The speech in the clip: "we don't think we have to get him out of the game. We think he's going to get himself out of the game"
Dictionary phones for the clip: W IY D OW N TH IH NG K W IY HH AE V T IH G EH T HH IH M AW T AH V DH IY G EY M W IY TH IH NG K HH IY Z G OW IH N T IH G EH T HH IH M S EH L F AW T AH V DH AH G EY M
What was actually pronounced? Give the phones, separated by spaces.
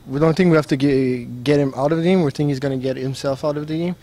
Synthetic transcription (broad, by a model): W IY D OW N TH IH NG K W IY HH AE F T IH G EH T HH IH M AW T AH V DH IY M W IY TH IH NG K HH IY Z G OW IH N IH G EH T HH IH M S EH L F AW T AH V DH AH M